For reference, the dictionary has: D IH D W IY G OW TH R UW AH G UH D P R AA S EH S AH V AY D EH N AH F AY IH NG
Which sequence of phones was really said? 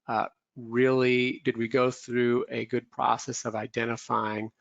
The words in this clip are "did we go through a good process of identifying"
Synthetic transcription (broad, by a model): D IH D W IY G OW TH R UW AH G UH D P R AA S EH S AH V AY D EH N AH F AY IH NG